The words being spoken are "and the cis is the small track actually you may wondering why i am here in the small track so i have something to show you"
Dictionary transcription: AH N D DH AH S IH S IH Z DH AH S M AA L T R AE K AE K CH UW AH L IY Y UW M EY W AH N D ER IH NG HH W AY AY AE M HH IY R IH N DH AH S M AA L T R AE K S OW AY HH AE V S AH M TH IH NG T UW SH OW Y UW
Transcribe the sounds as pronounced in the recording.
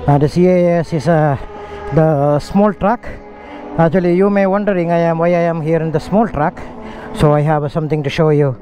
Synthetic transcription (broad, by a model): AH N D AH S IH S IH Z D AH S M AA L T R AE K AE K CH UW AH L IY Y UW M EY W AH N D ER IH NG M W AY AY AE M HH IY R IH N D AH S M AA L T R AE K S OW AY HH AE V S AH M T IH NG T UW SH OW Y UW